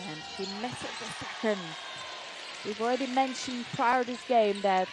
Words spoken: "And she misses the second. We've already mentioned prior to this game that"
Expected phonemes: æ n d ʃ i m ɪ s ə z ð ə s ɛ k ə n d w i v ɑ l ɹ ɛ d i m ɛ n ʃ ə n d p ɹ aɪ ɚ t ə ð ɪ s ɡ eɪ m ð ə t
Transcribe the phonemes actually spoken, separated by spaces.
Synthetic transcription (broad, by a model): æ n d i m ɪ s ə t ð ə s ɛ k ə n d w i v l ɹ ɛ d i m ɛ n ʃ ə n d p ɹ aɪ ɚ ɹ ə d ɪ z ɡ eɪ m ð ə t